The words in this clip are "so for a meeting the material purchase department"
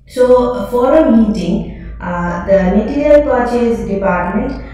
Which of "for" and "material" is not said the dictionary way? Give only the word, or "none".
material